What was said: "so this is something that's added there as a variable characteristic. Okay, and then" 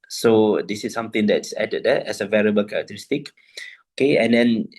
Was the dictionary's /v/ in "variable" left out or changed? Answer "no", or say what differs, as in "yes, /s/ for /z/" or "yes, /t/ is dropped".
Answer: no